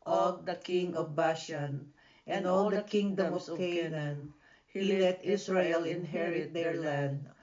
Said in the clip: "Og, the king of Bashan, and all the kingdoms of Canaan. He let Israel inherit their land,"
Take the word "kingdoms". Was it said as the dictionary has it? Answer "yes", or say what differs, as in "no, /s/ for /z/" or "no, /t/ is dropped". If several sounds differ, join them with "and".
no, /z/ is dropped